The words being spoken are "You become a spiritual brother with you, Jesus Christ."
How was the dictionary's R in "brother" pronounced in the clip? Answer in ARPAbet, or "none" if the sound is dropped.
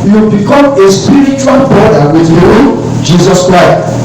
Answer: none